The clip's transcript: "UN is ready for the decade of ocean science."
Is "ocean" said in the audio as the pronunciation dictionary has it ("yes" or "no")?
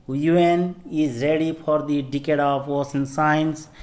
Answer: no